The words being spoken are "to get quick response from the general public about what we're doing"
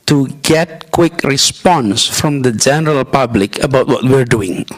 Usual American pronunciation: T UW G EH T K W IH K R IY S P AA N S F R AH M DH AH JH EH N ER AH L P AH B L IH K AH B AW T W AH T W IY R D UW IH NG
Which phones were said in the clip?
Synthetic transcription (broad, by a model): T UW G EH T K W IH K R IY S P AA N S F R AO M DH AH JH EH N ER AH L P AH B L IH K AH B AW T W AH T W IY R D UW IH NG